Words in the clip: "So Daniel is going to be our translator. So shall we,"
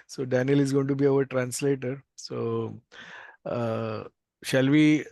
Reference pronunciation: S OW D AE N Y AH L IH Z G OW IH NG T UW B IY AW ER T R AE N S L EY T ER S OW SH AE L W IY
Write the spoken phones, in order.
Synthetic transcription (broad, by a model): S OW D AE N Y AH L IH Z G OW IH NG T UW B IY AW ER T R AE N S L EY T ER S OW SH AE L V IY